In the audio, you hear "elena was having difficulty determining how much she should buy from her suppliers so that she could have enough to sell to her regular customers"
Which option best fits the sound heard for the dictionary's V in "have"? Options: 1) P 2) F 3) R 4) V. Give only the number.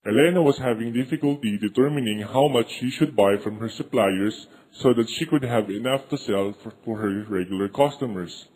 4